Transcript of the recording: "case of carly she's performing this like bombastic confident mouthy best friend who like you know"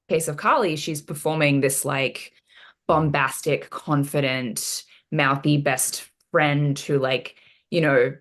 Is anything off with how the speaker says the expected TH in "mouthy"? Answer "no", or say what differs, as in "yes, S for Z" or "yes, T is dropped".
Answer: no